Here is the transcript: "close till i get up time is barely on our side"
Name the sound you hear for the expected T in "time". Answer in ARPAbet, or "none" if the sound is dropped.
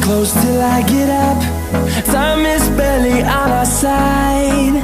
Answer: S